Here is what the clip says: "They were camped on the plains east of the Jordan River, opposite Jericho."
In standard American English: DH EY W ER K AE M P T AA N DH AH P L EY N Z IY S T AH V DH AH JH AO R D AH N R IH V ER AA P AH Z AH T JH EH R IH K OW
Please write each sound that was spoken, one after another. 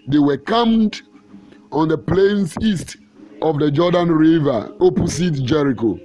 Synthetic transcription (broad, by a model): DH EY W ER K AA M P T AA N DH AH P L EY N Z IY S T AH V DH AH JH AO D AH N R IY V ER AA P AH S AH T JH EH R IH K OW